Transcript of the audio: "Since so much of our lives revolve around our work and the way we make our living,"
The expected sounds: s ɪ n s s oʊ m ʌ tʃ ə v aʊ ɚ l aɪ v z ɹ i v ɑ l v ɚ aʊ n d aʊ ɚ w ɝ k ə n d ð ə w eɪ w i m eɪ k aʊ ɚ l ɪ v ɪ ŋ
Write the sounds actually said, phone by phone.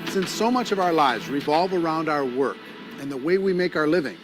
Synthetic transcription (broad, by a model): s ɪ n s s oʊ m ʌ tʃ ə v aʊ ɚ l aɪ v z ɹ i v ɑ l v ɚ aʊ n d aʊ ɚ w ɝ k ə n ð ə w eɪ w i m eɪ k aʊ ɚ l ɪ v ɪ ŋ